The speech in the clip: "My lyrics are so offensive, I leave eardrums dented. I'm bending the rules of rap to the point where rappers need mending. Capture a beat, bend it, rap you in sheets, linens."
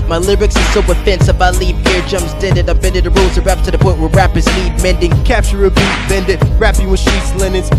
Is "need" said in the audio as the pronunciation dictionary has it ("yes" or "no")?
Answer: no